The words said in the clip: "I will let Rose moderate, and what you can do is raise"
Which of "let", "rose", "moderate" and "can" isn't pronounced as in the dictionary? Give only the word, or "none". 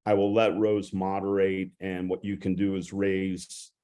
none